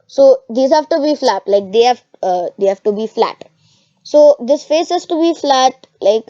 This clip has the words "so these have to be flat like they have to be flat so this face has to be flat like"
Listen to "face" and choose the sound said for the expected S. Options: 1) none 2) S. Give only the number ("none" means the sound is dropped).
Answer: 2